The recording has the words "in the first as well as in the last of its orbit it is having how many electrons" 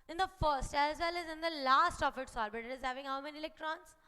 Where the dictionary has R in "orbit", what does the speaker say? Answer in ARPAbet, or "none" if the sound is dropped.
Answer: L